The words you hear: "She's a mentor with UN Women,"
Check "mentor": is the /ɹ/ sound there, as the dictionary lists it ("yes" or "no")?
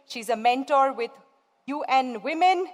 yes